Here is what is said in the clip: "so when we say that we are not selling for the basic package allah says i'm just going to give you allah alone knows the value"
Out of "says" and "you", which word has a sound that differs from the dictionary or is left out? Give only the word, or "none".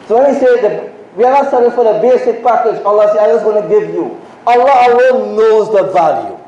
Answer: says